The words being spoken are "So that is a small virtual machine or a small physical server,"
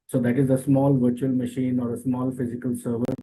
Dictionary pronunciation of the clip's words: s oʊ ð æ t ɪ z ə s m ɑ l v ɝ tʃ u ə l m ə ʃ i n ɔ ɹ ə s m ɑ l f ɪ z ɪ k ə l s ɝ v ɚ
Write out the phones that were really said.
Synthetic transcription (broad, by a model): s oʊ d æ t ɪ z ə s m ɑ l v ɝ tʃ u ə l m ə ʃ i n ɔ ɹ ə s m ɑ l f ɪ z ɪ k ə l s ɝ v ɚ